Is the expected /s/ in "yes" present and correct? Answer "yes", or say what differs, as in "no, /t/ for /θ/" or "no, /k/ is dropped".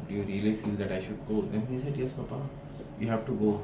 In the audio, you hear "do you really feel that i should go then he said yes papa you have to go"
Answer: yes